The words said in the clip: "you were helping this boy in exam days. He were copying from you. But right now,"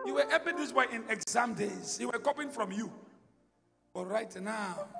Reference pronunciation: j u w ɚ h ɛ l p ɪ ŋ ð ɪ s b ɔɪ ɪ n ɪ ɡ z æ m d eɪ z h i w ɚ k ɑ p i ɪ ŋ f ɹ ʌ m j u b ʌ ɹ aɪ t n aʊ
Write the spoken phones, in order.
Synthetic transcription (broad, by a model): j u w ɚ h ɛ p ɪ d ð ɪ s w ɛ ɪ n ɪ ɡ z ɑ m d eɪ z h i w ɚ k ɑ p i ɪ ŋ f ɹ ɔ m j u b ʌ ɹ aɪ t n aʊ